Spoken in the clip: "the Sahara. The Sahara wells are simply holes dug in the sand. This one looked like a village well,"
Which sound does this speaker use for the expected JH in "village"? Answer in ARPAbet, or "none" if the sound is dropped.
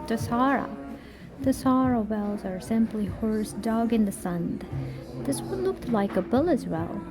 Z